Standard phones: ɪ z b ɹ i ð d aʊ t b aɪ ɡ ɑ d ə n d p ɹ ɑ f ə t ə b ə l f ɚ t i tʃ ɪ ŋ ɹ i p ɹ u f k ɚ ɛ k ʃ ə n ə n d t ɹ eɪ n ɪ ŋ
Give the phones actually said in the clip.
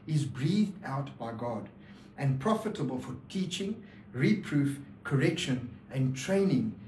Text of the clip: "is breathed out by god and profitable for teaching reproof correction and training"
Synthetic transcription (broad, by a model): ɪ z b ɹ i ð d aʊ t b aɪ ɡ ɑ d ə n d p ɹ ɑ f ə t ə b ə l f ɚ t i tʃ ɪ ŋ ɹ i p ɹ u f k ɚ ɛ k ʃ ə n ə n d t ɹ eɪ n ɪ ŋ